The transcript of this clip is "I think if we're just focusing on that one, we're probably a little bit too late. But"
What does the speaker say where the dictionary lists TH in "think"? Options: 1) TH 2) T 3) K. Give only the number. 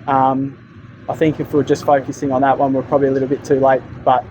1